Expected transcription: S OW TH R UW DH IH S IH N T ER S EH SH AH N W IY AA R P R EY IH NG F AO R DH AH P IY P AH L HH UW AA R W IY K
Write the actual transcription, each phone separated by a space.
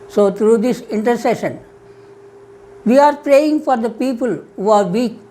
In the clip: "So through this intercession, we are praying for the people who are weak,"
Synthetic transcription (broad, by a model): S OW T R UW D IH S IH N T ER S EH SH AH N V IY AA R P R EY IH NG F AO R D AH P IY P AH L HH UW AA R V IY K